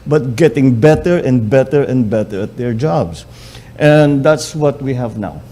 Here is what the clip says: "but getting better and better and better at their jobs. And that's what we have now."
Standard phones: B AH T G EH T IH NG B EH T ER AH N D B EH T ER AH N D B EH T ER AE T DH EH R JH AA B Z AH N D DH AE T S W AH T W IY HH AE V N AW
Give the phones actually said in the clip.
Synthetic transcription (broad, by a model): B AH T G EH T IH NG B EH T ER AH N D B EH T ER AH N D B EH T ER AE T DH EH R JH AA B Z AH N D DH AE T S W AH T W IY HH AE V N AW